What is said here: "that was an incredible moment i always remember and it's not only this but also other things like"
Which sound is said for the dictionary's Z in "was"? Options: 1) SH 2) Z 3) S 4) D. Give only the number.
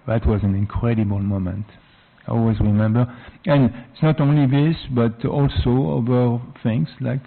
2